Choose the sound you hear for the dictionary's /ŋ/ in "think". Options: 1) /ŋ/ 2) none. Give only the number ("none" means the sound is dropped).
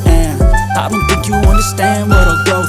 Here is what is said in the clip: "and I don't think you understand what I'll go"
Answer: 2